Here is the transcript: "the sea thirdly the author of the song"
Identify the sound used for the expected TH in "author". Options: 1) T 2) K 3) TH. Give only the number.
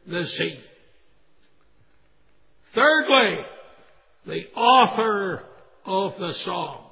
3